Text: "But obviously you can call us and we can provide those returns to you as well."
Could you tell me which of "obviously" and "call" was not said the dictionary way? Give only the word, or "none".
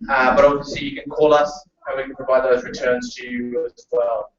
obviously